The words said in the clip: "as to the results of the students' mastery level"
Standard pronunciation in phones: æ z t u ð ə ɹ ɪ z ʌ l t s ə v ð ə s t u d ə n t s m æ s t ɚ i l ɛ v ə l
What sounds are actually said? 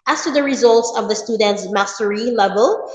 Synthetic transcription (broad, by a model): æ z t u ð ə ɹ ɪ z ʌ l t s ə v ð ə s t u d ə n t s m æ s t ɚ i l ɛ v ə l